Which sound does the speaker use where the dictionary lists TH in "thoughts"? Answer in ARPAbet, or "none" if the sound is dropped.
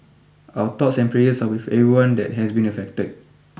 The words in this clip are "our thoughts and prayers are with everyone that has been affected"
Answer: T